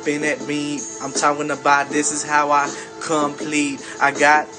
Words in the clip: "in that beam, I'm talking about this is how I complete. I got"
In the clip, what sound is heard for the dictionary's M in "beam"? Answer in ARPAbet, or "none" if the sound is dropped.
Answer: none